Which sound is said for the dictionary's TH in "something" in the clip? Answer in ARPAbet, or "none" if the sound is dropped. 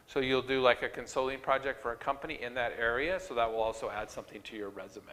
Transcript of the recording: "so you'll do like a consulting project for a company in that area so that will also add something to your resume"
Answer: TH